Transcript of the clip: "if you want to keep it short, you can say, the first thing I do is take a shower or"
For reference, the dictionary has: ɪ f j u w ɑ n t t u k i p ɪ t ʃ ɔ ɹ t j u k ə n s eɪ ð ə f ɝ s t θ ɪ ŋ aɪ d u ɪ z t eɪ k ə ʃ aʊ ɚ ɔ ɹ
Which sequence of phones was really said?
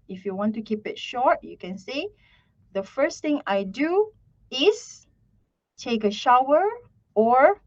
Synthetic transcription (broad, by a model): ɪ f j u w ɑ n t t u k i p ɪ t ʃ ɔ ɹ t j u k ə n s eɪ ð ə f ɝ s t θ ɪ ŋ aɪ d u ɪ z t eɪ k ə ʃ aʊ ɚ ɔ ɹ